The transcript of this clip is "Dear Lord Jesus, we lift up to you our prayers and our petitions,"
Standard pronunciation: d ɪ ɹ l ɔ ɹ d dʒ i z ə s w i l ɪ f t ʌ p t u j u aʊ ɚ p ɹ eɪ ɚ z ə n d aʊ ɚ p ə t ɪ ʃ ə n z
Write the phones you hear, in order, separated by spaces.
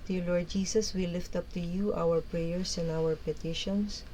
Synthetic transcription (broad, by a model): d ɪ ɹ l ɔ ɹ d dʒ i s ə s w i l ɪ f t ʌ p t u j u aʊ ɚ p ɹ eɪ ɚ s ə n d aʊ ɚ p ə t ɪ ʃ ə n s